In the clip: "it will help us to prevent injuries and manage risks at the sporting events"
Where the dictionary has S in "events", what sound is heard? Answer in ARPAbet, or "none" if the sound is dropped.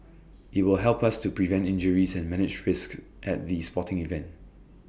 none